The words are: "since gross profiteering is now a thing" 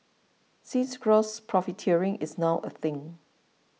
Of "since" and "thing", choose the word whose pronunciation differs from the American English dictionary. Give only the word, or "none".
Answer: since